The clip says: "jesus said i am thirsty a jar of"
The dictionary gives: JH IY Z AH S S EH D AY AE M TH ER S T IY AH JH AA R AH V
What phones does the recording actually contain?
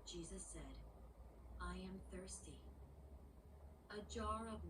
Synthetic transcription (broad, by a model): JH IY Z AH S S EH D AY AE M TH ER S T IY AH JH AA R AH V